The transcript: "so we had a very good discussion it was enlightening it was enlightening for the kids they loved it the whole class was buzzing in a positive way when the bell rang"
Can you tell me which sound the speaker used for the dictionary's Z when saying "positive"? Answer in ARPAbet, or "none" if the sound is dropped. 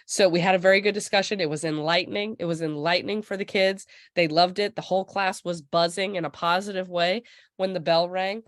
Z